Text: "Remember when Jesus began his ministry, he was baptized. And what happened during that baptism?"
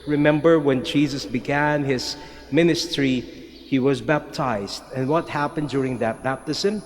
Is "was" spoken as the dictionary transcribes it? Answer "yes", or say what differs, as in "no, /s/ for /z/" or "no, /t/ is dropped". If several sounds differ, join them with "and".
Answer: yes